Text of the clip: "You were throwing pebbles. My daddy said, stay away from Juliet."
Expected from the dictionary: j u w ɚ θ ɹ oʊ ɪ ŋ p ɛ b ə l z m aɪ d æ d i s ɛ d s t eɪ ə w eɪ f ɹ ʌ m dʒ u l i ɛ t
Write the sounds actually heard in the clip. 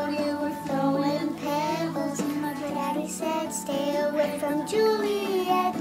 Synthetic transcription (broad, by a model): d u w ɚ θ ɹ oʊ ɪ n p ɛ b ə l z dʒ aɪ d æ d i s ɛ d s t eɪ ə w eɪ f ɹ ʌ m dʒ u l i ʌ